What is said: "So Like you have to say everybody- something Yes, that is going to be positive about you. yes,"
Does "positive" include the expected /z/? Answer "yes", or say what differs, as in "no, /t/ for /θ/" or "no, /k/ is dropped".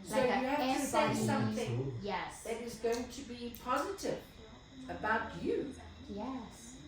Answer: yes